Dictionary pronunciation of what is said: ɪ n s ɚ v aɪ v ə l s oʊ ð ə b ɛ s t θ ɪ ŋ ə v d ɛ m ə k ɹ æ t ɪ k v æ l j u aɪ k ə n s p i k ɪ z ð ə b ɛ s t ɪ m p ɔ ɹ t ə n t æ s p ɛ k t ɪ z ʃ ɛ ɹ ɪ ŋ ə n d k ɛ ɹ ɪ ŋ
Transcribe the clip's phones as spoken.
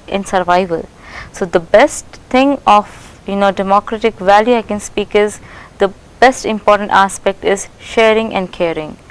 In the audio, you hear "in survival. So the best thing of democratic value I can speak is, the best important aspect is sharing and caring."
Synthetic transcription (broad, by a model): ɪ n s ɚ v aɪ v ə l s oʊ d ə b ɛ s t t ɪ ŋ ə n d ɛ m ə k ɹ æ t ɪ k v æ l j u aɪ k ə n s p i k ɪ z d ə b ɛ s t ɪ m p ɔ ɹ t ə n t æ s p ɛ k t ɪ z ʃ ɛ ɹ ɪ ŋ ə n d k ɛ ɹ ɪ ŋ